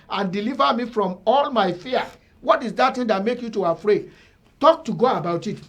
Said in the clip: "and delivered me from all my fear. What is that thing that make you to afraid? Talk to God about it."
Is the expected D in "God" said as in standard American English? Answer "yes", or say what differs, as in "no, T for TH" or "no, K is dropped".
no, D is dropped